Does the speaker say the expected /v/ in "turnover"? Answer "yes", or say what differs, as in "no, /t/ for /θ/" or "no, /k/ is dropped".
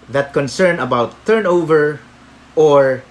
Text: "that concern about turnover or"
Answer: yes